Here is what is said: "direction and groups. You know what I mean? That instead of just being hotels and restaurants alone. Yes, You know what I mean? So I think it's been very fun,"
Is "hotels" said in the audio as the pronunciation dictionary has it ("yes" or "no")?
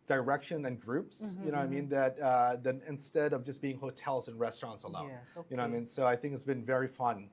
yes